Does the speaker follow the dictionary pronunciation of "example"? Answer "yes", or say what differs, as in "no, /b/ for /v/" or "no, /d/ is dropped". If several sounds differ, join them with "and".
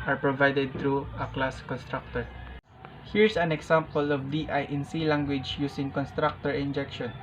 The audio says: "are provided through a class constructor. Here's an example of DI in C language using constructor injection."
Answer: no, /s/ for /z/